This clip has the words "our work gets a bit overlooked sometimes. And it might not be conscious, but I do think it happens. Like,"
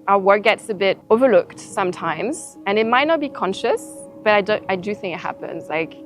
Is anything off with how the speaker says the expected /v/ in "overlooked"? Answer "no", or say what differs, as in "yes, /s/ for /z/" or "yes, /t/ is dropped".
no